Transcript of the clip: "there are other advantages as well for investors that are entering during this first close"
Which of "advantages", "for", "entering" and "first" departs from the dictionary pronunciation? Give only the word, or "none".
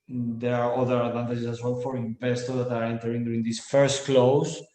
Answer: advantages